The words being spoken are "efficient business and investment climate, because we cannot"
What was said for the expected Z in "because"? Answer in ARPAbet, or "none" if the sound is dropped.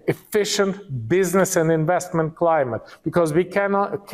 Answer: Z